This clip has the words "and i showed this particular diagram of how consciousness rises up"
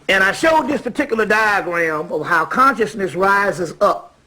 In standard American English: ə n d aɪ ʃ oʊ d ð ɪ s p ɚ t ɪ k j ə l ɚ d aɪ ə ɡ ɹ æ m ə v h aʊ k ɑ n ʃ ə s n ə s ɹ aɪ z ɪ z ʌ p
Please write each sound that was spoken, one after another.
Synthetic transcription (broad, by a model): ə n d aɪ ʃ oʊ d ð ɪ s p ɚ t ɪ k j l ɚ d aɪ ə ɡ ɹ æ m ə v h aʊ k ɑ n ʃ ə s n ə s ɹ aɪ z ɪ z ʌ p